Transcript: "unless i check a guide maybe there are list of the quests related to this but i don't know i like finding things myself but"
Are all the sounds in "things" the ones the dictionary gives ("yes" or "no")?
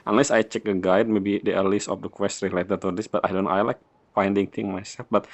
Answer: no